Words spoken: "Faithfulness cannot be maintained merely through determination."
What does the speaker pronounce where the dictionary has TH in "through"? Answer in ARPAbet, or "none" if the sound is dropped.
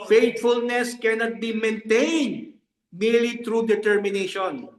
T